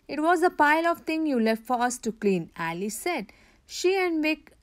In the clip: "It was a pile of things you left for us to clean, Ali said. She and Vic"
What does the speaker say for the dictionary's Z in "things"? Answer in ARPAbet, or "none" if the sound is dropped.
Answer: none